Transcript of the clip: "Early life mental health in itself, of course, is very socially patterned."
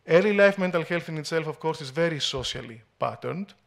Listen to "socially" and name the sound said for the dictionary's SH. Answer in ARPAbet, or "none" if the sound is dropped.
S